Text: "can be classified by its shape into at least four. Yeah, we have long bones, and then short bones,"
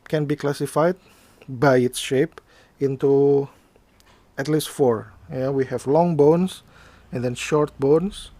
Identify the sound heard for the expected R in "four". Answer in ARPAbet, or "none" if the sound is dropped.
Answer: R